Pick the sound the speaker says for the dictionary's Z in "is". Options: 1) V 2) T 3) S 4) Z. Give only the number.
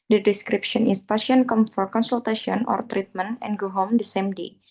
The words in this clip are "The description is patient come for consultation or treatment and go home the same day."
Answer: 3